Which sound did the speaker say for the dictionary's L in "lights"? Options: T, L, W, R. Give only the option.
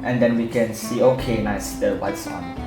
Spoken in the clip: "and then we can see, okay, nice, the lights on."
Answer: W